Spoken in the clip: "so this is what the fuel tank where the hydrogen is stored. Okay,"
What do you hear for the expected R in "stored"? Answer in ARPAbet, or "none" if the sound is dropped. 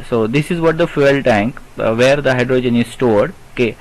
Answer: R